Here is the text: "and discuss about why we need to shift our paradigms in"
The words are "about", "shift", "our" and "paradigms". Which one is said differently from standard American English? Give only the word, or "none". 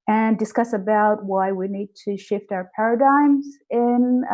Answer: none